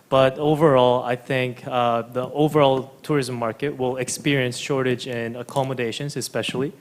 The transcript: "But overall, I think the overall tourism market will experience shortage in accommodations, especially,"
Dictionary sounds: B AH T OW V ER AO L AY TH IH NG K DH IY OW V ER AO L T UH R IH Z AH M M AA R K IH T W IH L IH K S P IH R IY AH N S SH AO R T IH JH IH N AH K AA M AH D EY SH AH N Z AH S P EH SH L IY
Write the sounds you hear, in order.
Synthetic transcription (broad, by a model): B AH T OW V ER AO L AY TH IH NG K DH IY OW V ER AO L T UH R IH Z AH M M AA R K IH T W IH L IH K S P IH R IY AH N S SH AO R T IH JH IH N AH K AA M AH D EY SH AH N Z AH S P EH SH L IY